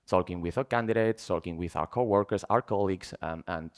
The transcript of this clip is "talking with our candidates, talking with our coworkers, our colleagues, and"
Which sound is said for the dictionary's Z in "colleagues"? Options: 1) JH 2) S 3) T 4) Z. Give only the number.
2